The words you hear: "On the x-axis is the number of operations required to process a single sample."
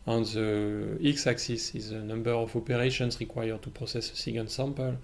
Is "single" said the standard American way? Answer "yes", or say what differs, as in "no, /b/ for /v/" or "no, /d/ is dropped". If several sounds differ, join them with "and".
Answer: no, /ŋ/ is dropped and /n/ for /l/